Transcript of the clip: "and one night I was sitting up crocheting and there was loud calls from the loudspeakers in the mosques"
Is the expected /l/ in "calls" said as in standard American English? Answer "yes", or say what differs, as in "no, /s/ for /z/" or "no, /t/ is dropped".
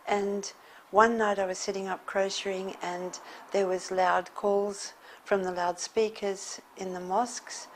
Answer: yes